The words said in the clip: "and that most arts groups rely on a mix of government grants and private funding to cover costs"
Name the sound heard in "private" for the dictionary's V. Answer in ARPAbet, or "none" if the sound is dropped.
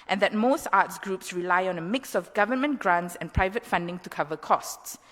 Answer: V